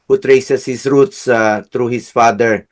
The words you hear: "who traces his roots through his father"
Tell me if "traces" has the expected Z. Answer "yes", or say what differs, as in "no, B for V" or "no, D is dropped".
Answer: no, S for Z